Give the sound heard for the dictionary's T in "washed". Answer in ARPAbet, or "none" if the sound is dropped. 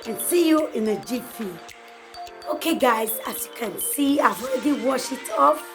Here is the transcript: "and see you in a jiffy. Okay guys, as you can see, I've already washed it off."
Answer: none